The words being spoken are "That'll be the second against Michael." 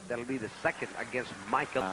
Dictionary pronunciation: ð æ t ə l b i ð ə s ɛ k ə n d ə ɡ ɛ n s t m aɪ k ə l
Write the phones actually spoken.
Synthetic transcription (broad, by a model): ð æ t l b i ð ə s ɛ k ə n d ə ɡ ɛ n s t m aɪ k